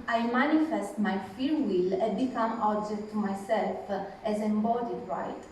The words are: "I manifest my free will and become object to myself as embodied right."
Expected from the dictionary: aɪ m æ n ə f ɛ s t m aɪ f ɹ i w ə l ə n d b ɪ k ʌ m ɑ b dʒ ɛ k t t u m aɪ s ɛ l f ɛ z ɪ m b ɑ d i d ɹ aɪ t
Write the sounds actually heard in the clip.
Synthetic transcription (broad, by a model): aɪ m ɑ n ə f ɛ s t m aɪ f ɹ w ə l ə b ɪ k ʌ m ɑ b dʒ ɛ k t t u m aɪ s ɛ l f ɛ z ɪ m b ɑ d i d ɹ aɪ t